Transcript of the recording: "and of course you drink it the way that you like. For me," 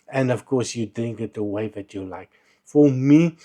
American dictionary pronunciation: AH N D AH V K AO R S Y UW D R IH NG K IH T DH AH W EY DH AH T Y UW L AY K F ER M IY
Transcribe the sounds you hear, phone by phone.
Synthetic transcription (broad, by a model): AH N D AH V K AO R S Y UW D IH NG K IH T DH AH W EY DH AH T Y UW L AY K F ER M IY